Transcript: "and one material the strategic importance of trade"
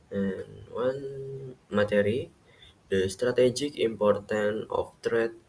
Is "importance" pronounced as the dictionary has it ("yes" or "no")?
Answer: no